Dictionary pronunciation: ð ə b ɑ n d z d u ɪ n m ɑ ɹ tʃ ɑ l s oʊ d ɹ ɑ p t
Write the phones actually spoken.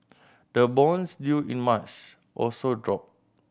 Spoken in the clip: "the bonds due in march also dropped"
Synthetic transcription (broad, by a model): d ə b ɑ n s d u ɪ n m ɑ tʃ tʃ ɑ l s oʊ d ɹ ɑ p